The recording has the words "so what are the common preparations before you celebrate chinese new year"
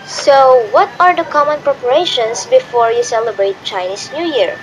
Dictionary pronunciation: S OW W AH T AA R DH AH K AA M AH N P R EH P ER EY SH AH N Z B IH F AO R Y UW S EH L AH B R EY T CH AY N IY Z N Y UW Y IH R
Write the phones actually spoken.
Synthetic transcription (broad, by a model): S OW W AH T AA R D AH K AA M AH N P R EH P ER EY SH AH N S B IH F AO R Y UW S EH L AH B R EY T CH AY N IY S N Y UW Y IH R